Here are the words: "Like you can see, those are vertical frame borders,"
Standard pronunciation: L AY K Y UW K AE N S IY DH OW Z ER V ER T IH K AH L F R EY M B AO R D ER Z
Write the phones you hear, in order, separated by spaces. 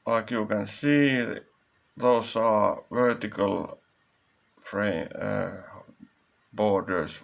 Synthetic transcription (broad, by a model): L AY K Y UW K AE N S IY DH OW S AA V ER T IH K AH L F R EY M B AO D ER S